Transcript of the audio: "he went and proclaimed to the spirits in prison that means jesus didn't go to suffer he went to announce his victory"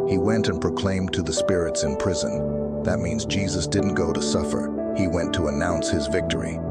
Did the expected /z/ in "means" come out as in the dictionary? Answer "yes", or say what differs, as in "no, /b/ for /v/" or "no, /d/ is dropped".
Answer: yes